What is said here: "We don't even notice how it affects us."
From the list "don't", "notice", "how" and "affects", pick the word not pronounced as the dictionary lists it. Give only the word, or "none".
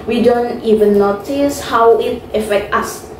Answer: affects